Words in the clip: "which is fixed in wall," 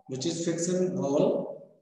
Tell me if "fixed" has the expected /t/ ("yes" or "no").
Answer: no